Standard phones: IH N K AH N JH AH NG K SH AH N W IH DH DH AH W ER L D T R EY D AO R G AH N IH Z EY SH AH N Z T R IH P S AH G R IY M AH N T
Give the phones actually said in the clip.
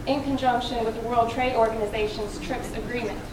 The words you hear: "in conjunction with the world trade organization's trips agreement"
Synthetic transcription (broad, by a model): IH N K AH N JH AH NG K SH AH N W IH DH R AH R L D T R EY D AO R G AH N IH Z EY SH AH N Z T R IH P S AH G R IY M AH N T